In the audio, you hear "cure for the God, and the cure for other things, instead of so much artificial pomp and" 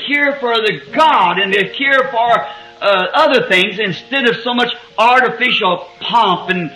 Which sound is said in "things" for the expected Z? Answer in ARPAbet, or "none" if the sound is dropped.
Z